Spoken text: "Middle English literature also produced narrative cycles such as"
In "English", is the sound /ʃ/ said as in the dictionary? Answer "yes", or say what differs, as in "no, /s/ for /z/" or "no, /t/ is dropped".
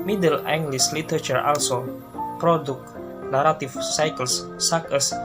no, /s/ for /ʃ/